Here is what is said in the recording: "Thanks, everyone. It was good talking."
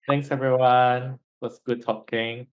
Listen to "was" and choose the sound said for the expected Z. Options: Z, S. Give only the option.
S